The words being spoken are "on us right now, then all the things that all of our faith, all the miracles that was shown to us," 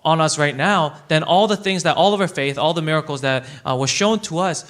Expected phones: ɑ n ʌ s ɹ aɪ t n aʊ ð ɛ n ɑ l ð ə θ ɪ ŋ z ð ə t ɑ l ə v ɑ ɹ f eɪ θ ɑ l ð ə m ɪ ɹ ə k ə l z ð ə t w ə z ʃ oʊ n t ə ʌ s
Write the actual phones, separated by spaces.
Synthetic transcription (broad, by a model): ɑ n ʌ s ɹ aɪ t n aʊ ð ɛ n ɑ l ð ə θ ɪ ŋ z ð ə t ɑ l ə v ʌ ɹ f eɪ θ ɑ l ð ə m ɪ ɹ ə k l z ð ə t w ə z ʃ oʊ n t ə ʌ s